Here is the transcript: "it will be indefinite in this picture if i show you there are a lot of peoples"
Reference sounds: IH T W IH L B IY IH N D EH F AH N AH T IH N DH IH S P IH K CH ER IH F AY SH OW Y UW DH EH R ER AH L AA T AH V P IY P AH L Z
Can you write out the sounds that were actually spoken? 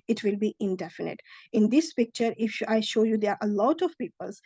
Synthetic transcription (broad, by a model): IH T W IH L B IY IH N D EH F AH N AH T IH N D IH S P IH K CH ER IH F AY SH OW Y UW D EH R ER AH L AA T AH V P IY P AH L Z